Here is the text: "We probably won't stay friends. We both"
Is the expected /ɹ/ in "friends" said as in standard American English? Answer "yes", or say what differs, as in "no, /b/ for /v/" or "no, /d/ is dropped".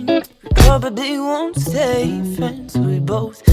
no, /ɹ/ is dropped